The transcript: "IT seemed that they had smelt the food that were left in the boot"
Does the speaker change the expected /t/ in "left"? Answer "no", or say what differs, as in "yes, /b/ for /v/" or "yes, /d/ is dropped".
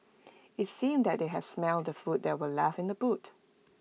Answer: yes, /t/ is dropped